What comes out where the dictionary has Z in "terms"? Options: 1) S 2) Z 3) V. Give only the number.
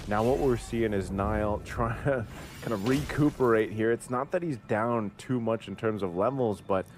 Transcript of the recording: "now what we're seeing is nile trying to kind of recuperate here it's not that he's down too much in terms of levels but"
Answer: 2